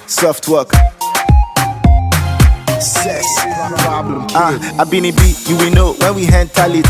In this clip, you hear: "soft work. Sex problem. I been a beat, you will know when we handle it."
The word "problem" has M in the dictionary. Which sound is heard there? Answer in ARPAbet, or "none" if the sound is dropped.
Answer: none